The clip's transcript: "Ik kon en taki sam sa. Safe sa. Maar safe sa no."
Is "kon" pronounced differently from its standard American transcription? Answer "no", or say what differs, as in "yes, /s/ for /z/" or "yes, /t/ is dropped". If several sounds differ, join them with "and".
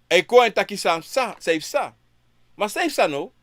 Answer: yes, /n/ is dropped